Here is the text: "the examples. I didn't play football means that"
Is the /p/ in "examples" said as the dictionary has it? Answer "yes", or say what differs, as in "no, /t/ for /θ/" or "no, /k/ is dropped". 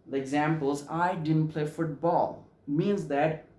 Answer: yes